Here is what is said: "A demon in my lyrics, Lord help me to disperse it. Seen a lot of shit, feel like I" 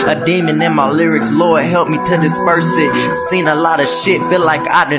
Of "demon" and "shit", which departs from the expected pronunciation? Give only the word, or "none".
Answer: none